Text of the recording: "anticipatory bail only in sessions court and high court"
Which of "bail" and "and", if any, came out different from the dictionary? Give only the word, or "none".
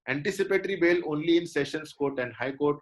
none